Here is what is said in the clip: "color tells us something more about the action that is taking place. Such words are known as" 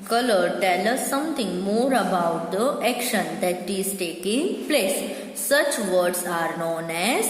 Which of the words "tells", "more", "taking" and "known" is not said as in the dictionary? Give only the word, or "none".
tells